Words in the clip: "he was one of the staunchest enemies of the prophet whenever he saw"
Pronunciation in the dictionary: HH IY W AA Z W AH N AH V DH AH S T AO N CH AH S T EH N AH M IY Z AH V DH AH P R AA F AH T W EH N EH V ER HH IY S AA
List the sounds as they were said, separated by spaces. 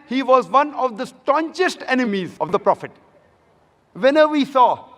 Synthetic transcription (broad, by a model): HH IY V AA Z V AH N AH V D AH S T AO N CH AH S T EH N AH M IY Z AH V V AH P R AA F AH T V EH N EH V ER IY S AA